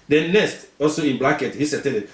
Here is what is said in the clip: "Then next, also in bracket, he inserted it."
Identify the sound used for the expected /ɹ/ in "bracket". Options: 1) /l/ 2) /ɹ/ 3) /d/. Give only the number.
1